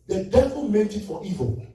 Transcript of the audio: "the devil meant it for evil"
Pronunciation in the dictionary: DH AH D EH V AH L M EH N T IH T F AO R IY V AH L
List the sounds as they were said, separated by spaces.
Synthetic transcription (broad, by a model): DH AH D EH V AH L M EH T IH T F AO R IY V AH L